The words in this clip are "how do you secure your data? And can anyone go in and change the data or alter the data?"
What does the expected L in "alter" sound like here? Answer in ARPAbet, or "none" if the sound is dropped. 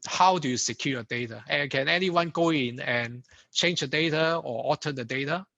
none